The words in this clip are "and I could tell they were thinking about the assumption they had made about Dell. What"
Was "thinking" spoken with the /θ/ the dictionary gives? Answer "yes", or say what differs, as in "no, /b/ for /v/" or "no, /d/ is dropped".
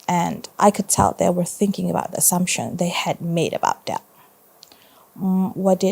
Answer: yes